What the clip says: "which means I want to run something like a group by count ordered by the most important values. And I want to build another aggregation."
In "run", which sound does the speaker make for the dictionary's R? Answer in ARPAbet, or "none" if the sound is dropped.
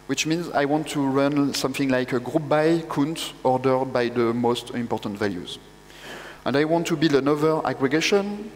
R